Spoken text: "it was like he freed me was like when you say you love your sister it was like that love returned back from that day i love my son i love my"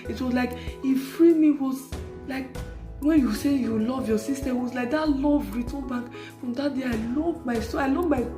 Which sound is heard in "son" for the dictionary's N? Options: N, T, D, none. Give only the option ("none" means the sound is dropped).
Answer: none